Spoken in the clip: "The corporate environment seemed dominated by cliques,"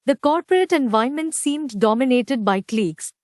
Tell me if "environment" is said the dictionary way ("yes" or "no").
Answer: no